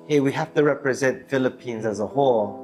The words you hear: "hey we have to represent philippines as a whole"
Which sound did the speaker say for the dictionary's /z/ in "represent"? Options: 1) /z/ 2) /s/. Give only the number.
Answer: 1